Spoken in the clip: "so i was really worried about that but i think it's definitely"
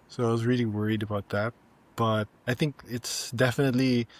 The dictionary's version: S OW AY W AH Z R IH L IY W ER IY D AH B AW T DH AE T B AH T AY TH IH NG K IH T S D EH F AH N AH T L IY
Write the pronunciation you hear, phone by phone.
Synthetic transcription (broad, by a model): S OW AY W AH Z R IH L IY W ER IY D AH B AW T DH AE T B AH T AY TH IH NG K IH T S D EH F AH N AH T L IY